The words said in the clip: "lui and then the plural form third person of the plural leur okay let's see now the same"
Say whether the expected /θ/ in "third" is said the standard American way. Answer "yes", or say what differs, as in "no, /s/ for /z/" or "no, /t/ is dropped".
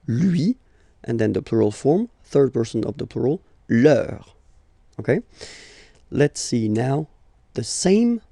yes